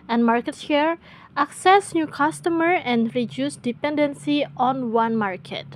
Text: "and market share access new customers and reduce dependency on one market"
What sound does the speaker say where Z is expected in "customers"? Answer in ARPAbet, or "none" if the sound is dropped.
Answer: none